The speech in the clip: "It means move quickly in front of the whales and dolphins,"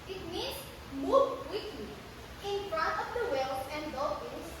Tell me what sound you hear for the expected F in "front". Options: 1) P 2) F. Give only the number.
2